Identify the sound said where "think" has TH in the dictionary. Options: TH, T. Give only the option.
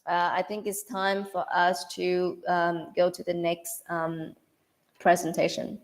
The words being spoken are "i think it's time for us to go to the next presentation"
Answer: TH